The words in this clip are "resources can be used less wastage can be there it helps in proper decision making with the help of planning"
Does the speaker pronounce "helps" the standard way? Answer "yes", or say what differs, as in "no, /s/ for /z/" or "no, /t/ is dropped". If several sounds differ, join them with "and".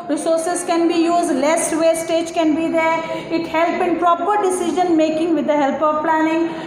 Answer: no, /s/ is dropped